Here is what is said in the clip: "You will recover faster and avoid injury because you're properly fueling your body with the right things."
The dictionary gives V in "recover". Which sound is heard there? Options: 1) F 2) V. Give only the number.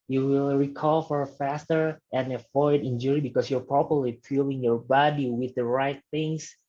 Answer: 1